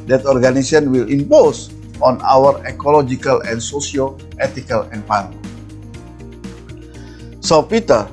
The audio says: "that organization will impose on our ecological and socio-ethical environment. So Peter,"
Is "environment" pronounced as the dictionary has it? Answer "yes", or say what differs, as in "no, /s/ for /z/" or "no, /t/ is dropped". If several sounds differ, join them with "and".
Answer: no, /m/ is dropped